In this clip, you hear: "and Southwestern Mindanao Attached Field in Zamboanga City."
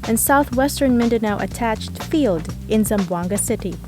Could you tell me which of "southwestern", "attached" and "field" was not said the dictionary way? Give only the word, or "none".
none